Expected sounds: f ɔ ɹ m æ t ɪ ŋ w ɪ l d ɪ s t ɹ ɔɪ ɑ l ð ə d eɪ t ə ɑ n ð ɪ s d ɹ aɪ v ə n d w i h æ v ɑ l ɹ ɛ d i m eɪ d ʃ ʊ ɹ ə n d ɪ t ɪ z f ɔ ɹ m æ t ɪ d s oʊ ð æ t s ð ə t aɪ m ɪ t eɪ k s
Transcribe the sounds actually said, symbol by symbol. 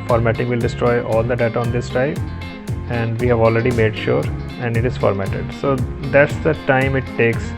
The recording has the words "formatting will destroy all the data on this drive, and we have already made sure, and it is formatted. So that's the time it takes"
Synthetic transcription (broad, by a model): f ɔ ɹ m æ t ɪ ŋ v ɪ l d ɪ s t ɹ ɔɪ ɑ l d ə d eɪ t ə ɑ n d ɪ s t aɪ p ə n d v i h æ v ɑ l ɹ ɛ d i m eɪ d ʃ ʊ ɹ ə n d ɪ t ɪ z f ɔ ɹ m æ t ɪ d s oʊ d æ t s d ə t aɪ m ɪ t eɪ k s